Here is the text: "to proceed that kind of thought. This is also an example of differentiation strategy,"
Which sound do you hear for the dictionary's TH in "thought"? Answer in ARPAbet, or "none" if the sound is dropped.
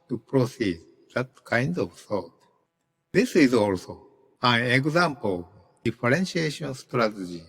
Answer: S